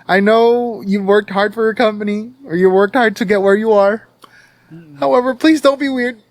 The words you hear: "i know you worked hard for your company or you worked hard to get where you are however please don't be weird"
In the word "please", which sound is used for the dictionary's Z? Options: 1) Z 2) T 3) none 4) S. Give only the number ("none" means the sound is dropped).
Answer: 1